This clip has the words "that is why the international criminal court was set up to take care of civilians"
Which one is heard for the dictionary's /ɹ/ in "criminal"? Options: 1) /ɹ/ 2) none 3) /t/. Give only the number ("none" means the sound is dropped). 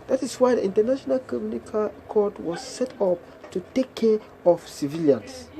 2